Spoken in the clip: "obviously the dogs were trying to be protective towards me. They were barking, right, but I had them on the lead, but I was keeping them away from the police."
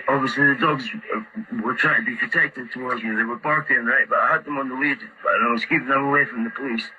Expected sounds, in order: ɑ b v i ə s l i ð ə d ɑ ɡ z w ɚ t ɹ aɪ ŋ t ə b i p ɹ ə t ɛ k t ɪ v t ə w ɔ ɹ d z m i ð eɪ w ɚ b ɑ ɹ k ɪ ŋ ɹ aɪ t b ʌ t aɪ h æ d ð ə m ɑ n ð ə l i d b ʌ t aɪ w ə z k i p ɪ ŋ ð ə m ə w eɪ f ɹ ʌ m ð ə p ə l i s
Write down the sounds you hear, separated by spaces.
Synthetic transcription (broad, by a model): ɑ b v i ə s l i ð ə d ɑ ɡ z w ɚ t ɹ aɪ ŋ t ə b i p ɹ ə t ɛ k t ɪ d t ə w ɔ ɹ d z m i ð eɪ w ɚ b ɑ ɹ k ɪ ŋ ɹ aɪ t b ʌ t aɪ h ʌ d ð ə m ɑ n ð ə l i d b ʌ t aɪ w ə z k i p ɪ ŋ ð ə m ə w eɪ f ɹ ʌ m ð ə p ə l i s